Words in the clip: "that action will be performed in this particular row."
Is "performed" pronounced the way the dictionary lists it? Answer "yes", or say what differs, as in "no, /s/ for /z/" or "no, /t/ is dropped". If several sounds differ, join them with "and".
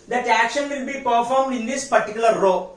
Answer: yes